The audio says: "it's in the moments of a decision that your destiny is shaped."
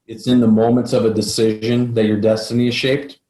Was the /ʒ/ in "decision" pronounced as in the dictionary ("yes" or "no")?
yes